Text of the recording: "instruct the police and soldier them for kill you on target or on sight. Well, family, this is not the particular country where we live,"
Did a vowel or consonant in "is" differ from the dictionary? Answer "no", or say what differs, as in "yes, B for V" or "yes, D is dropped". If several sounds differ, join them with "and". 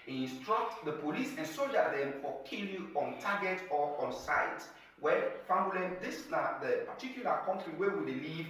yes, S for Z